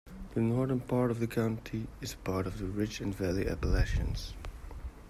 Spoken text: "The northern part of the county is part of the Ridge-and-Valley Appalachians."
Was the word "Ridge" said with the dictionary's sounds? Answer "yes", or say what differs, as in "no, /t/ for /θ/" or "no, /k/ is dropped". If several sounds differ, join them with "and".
no, /tʃ/ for /dʒ/